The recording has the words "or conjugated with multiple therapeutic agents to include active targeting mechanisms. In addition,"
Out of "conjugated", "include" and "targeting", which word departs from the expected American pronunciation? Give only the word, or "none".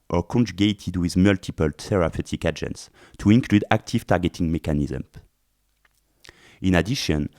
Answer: none